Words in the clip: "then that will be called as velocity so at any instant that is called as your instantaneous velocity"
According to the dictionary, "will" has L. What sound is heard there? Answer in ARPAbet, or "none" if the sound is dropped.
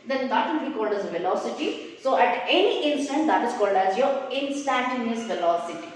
N